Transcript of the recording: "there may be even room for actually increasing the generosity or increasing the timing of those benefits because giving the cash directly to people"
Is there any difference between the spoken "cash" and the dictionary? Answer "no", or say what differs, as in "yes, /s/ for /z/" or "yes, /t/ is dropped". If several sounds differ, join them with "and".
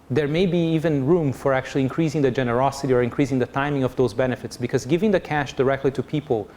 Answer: no